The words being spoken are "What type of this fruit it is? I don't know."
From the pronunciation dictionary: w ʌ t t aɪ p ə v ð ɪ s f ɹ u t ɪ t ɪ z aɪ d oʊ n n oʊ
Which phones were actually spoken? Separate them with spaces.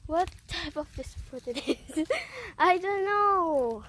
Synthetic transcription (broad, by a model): w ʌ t t aɪ p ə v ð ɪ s p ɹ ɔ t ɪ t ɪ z aɪ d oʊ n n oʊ